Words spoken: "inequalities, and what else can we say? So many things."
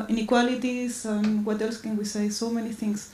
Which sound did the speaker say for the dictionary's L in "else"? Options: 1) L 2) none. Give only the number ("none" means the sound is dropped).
1